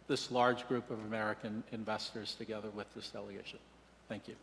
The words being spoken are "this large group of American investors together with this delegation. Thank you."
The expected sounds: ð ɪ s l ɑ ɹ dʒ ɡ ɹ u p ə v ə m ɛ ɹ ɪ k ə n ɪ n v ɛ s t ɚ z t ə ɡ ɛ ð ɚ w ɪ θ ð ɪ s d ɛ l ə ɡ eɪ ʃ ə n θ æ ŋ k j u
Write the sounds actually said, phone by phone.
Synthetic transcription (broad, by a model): ð ɪ s l ɑ ɹ dʒ ɡ ɹ u p ə v ə m ɛ ɹ ɪ k ə n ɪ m v ɛ s t ɚ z t ə ɡ ɛ ð ɚ w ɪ ð ɪ s d ɛ l ə ɡ eɪ ʃ ə n θ æ ŋ k j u